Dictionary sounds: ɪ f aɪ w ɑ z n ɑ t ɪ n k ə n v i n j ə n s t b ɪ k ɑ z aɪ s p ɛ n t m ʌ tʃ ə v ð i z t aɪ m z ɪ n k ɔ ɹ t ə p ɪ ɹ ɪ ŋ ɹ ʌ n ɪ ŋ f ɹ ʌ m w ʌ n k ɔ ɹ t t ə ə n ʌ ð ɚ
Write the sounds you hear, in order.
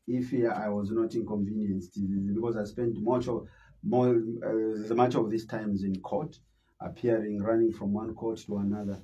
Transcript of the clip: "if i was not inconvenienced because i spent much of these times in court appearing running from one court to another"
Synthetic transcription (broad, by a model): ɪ f aɪ w ɑ z n ɑ t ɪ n k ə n v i n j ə n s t b ɪ k ɑ z aɪ s p ɛ n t m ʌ tʃ ə v ð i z t aɪ m z ɪ n k ɔ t t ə p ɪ ɹ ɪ ŋ ɹ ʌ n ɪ ŋ f ɹ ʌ m w ʌ n k ɔ ɹ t t ə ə n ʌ ð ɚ